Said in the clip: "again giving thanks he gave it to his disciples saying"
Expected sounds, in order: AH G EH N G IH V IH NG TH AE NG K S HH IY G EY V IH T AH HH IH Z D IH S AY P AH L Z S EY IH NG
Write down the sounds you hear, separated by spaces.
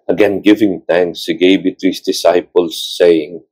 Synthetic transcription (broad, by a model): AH G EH N G IH V IH NG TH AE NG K S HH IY G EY B IH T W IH S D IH S AY P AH L S EY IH NG